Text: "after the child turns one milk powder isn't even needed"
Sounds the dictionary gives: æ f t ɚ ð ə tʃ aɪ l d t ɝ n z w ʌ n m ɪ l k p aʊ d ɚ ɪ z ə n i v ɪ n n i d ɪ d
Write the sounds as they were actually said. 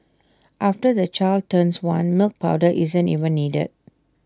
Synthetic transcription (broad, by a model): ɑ f t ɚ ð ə tʃ aɪ l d t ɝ n s w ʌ n m ɪ l k p aʊ d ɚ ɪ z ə n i v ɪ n n i d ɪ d